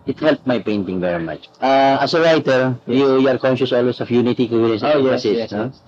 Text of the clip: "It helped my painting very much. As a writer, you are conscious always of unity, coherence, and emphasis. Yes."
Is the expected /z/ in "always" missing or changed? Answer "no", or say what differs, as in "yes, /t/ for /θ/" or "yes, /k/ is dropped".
yes, /s/ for /z/